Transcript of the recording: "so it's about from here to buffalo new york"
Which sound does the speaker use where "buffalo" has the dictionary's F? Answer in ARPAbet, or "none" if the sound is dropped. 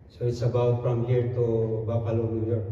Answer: P